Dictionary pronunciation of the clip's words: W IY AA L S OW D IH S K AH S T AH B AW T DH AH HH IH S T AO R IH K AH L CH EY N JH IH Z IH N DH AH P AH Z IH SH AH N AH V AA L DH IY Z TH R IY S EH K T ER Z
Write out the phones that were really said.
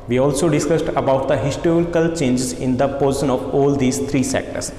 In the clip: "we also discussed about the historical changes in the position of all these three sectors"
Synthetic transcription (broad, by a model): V IY AA L S OW D IH S K AH S T AH B AW T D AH HH IH S T AO R IH K AH L CH EY N JH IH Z IH N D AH P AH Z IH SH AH N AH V AA L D IY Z T R IY S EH K T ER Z